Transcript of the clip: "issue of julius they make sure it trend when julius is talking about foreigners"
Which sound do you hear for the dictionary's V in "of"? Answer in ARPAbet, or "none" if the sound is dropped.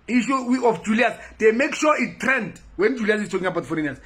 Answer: F